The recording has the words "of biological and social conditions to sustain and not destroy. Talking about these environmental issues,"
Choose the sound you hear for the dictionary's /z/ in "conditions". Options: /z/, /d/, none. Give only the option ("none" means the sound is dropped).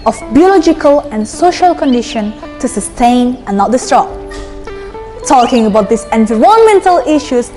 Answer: none